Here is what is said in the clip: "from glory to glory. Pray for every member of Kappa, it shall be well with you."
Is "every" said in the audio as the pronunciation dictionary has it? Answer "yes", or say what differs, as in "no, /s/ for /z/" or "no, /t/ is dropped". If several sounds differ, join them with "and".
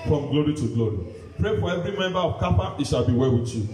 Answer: yes